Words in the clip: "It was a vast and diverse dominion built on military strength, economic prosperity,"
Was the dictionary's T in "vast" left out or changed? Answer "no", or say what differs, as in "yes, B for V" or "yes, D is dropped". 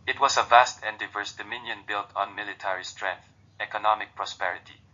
no